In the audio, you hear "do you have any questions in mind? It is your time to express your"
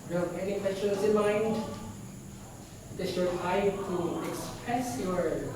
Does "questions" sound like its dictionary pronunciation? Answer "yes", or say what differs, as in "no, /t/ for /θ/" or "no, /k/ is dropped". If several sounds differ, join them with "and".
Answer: no, /s/ is dropped